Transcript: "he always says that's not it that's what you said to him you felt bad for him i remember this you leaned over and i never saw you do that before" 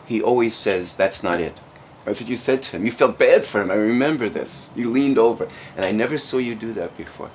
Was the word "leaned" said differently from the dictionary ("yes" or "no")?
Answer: no